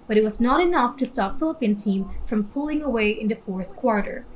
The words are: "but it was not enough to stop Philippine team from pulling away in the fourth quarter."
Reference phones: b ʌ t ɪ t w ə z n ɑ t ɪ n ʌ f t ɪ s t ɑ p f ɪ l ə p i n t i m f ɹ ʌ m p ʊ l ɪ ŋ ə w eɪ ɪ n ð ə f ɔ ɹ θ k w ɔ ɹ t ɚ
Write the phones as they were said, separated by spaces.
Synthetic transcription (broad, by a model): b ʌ t ɪ t w ə z n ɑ t ɪ n ʌ f t ɪ s t ɑ p f ɪ l ə p i n t i m f ɹ ʌ m p ʊ l ɪ ŋ ə w eɪ ɪ n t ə f ɔ ɹ θ k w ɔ ɹ t ɚ